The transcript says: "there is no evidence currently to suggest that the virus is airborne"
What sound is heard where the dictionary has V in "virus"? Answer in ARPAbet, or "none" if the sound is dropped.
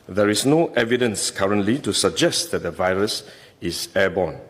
V